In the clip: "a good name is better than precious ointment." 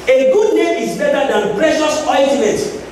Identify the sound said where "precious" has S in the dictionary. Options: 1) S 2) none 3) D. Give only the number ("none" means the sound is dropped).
1